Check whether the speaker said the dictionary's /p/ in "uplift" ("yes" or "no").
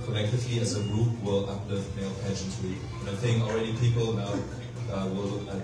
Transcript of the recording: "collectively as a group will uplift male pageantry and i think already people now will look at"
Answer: no